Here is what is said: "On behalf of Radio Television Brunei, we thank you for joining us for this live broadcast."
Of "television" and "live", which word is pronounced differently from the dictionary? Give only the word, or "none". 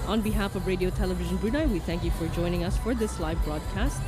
none